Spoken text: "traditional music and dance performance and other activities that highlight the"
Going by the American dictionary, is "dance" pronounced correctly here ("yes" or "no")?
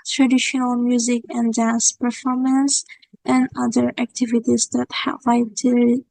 yes